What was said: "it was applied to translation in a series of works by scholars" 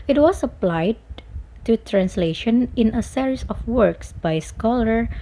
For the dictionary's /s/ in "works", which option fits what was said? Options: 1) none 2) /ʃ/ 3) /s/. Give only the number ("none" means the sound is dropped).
3